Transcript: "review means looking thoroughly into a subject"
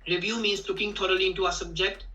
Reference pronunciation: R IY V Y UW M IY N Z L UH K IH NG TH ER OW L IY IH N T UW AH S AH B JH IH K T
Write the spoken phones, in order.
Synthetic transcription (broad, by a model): R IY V Y UW M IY N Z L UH K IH NG T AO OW L IY IH N T UW AH S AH B JH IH K T